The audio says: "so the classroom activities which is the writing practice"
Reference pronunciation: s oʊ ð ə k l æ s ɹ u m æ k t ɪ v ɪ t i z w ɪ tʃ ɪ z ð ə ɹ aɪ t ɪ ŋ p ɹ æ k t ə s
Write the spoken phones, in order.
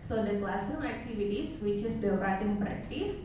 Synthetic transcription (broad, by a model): s oʊ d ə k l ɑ s u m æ k t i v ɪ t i s w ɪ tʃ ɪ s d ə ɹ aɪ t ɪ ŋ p ɹ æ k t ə s